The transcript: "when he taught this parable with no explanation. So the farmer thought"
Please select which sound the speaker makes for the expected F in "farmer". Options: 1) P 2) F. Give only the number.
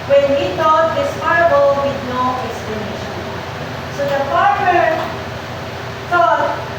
1